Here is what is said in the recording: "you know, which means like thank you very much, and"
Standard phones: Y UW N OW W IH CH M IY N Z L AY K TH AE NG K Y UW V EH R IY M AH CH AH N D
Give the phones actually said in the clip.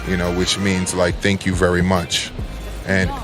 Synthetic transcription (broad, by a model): Y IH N OW W IH CH M IY N Z L AY K TH AE NG K Y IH V EH R IY M AH CH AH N